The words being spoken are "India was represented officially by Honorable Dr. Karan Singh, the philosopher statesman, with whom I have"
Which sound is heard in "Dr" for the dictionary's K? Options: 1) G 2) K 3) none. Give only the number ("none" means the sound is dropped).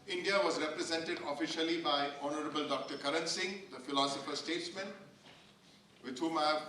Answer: 2